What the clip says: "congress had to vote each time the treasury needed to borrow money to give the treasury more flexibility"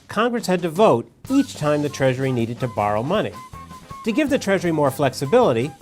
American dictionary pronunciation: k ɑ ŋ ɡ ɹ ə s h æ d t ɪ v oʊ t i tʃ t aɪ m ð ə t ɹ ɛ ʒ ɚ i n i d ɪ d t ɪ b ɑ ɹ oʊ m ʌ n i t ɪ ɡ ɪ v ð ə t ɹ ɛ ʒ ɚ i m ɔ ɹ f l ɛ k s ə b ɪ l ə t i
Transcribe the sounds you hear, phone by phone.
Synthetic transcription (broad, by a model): k ɑ ŋ ɡ ɹ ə s h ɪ d t ɪ v oʊ t i tʃ t aɪ m ð ə t ɹ ɛ ʒ ɚ i n i d ɪ d t ɪ b ɑ ɹ oʊ m ʌ n i t ɪ ɡ ɪ v ð ə t ɹ ɛ ʒ ɚ i m ɔ ɹ f l ɛ k s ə b ɪ l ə t i